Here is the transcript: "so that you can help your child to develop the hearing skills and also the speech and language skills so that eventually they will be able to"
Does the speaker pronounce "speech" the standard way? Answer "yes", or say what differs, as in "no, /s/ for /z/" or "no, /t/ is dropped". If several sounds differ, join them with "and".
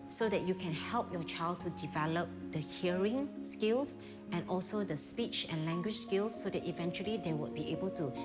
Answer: yes